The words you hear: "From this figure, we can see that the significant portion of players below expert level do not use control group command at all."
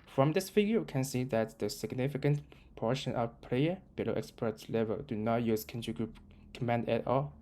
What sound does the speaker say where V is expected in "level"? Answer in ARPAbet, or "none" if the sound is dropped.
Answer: V